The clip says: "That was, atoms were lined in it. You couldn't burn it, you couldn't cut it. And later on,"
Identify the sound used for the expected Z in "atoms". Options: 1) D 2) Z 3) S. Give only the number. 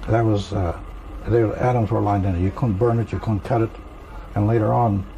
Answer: 2